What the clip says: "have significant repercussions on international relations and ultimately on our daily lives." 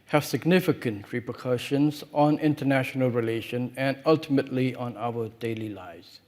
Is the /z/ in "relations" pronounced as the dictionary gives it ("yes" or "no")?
no